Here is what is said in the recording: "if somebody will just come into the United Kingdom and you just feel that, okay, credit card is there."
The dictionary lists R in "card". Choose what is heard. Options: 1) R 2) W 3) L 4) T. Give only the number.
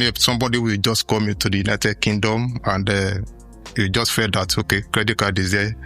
3